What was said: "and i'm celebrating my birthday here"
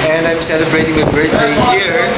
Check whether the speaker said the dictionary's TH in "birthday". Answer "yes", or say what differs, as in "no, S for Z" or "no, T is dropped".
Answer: no, S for TH